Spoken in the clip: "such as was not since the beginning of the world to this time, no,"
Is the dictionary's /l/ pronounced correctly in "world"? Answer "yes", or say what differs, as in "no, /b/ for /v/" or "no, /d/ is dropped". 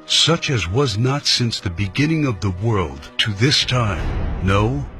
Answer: yes